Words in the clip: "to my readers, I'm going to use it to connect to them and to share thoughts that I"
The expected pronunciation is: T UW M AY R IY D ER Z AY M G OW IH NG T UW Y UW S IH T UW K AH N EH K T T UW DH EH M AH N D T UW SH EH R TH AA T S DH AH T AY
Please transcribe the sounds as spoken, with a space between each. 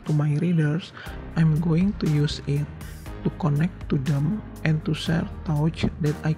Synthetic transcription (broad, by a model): T UW M AY R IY D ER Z AY M G OW IH NG T UW Y UW S IH T UW K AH N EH K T T UW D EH M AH N T UW S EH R T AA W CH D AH T AY